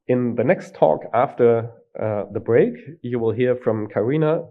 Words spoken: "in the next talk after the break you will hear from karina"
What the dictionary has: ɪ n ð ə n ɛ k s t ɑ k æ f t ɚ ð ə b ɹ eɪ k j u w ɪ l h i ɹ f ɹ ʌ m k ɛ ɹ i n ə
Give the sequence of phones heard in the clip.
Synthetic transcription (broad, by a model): ɪ n ð ə n ɛ k s t ɑ k æ f t ɚ ð ə b ɹ eɪ k j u w ɪ l h i ɹ f ɹ ʌ m k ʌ ɹ i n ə